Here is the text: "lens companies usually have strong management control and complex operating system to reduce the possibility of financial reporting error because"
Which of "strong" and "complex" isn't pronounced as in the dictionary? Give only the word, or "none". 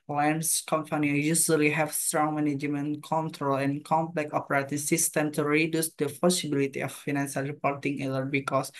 complex